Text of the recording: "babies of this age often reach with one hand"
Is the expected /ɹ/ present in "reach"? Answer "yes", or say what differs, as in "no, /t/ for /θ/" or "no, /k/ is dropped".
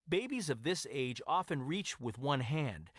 yes